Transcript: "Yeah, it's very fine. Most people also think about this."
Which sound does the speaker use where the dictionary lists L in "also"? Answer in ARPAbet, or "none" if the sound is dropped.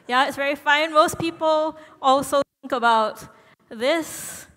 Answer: L